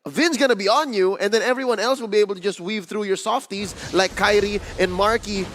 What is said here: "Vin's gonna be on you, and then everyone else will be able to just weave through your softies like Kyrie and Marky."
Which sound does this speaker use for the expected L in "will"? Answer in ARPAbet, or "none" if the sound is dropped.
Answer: L